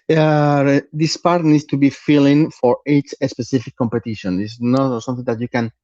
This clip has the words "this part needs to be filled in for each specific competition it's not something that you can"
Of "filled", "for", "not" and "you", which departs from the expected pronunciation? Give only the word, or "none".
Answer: filled